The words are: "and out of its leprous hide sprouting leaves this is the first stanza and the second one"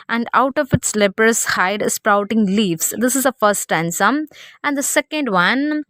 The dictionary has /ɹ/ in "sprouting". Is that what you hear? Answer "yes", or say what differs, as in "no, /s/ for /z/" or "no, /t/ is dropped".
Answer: yes